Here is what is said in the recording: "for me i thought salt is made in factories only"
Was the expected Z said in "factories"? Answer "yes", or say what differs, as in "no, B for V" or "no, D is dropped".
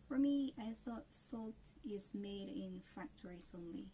no, S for Z